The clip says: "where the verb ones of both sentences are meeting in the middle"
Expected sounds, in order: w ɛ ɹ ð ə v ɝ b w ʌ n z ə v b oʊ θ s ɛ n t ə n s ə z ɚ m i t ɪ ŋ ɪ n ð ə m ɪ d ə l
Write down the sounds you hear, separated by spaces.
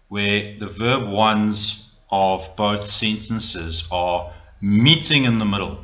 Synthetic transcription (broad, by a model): w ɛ ð ə v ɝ b w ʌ n z ə v b oʊ θ s ɛ n t ə n s ə z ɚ m i t ɪ ŋ ɪ n ð ə m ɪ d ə l